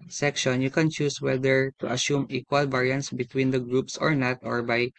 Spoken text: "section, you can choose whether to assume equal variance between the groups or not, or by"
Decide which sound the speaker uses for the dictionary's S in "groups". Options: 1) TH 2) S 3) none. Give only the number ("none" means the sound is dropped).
2